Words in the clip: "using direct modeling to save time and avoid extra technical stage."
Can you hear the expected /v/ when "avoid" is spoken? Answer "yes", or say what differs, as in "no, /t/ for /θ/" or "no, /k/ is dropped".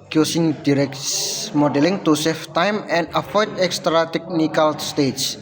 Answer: no, /f/ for /v/